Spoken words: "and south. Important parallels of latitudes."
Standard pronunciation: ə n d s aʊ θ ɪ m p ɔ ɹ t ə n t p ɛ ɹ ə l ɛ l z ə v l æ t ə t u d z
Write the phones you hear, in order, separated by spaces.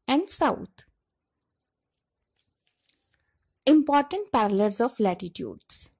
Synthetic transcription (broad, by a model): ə n d s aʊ t ɪ m p ɔ ɹ t ə n t p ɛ ɹ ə l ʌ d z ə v l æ t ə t u d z